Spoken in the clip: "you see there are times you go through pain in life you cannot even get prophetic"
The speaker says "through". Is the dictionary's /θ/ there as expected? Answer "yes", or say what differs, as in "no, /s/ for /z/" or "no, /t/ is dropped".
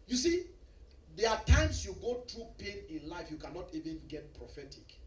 no, /t/ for /θ/